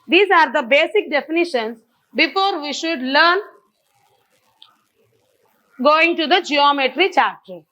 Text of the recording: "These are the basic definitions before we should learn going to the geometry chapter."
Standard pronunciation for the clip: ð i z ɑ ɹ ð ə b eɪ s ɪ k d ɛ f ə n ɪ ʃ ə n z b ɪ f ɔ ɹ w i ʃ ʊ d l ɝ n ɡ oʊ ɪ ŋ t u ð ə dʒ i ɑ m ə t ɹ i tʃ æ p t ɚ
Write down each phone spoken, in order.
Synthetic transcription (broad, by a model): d i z ɑ ɹ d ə b eɪ s ɪ k d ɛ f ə n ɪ ʃ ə n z b ɪ f ɔ ɹ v i ʃ ʊ d l ɝ n ɡ oʊ ɪ ŋ t u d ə dʒ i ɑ m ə t ɹ i tʃ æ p t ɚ